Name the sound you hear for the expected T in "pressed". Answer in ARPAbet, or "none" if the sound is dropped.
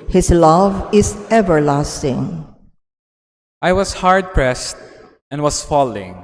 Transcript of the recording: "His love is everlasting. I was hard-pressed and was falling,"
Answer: T